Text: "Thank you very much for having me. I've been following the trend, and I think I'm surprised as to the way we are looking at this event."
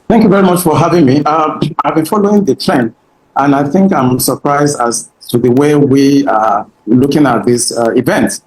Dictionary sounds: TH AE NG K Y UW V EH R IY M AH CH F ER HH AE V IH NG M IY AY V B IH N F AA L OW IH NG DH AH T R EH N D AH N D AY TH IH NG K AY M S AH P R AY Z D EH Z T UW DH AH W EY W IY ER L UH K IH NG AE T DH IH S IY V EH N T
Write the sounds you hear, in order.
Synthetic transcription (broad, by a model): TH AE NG K Y UW V EH R IY M AH CH F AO HH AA V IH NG M IY AY V B IH N F AA L OW IH NG DH AH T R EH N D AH N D AY TH IH NG K AY M S AH P R AY Z D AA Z T UW DH AH W EY W IY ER L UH K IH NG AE T DH IH S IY V EH N T